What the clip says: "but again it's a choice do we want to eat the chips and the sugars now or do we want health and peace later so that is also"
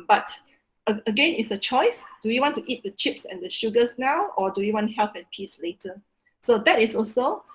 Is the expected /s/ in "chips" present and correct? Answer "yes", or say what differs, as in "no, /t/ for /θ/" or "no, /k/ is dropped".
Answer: yes